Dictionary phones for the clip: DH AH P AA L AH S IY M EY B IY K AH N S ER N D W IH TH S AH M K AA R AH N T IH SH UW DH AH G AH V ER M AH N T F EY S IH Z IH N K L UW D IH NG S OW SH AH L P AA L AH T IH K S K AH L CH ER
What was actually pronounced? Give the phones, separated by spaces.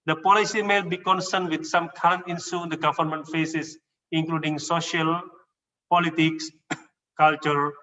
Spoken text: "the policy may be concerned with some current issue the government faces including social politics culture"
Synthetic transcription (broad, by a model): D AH P AA L AH S IY M EY B IY K AH N S ER N D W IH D S AH M K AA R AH N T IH S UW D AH G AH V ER M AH N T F EY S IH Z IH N K L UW D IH NG S OW SH AH L P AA L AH T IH K S K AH L CH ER